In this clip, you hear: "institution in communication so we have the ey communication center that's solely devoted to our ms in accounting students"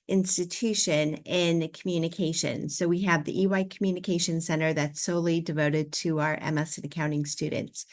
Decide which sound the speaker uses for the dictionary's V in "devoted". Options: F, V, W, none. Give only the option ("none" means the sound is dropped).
V